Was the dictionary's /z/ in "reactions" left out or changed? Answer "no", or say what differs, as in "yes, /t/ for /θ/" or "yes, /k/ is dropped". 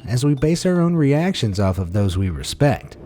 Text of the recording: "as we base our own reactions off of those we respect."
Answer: no